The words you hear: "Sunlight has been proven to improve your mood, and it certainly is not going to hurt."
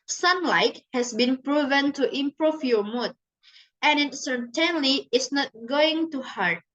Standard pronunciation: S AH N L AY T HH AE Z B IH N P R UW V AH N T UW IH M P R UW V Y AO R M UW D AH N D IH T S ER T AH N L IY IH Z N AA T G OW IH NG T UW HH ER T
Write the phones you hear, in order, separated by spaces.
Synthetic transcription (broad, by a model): S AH N L AY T HH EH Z B IH N P R UW V AH N T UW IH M P R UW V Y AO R M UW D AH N IH T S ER T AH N L IY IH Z N AA T G OW IH NG T UW HH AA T